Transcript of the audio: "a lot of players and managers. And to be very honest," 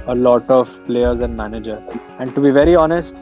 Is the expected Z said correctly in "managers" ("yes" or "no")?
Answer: no